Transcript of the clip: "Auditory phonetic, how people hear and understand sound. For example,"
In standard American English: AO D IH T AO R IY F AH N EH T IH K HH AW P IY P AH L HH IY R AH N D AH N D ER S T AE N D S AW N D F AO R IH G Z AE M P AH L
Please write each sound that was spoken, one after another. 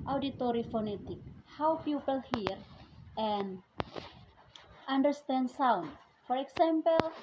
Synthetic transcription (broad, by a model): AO D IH T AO R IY F AH N EH T IH K HH AW P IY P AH L HH IY R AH N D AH N D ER S T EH N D S AW N D F AO R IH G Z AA M P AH L